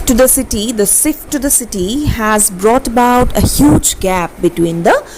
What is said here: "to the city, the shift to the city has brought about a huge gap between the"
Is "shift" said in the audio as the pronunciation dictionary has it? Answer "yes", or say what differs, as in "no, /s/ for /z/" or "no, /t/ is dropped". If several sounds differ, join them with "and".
no, /s/ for /ʃ/